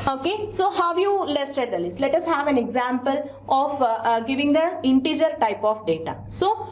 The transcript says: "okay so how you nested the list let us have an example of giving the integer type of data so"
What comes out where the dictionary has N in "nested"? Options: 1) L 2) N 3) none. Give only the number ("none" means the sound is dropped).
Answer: 1